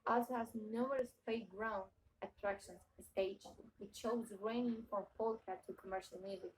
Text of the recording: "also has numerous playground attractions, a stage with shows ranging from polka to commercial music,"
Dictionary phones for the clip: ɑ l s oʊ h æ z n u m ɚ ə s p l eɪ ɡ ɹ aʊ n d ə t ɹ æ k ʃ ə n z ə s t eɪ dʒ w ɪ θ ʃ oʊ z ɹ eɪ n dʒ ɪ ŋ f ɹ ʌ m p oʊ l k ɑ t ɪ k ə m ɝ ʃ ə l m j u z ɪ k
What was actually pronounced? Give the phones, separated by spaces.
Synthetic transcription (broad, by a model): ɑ l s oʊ h æ z n u m ɚ ə s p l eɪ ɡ ɹ aʊ n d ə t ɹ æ k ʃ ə n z ə s t eɪ dʒ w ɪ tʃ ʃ oʊ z ɹ eɪ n ɪ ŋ f ɹ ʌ m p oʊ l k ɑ t ɪ k ə m ɝ ʃ ə l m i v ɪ